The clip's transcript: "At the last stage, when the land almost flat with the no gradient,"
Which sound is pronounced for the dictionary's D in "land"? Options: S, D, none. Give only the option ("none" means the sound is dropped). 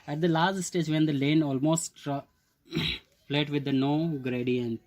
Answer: none